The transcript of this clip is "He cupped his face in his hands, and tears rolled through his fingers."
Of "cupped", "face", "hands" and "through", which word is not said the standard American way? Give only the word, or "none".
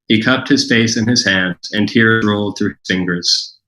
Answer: none